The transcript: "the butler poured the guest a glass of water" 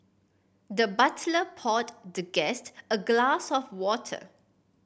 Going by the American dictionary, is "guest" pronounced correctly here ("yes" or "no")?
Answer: yes